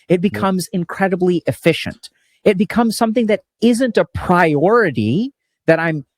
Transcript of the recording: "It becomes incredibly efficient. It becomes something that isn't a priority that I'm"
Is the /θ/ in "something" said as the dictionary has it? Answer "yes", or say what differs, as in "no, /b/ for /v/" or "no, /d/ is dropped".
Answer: yes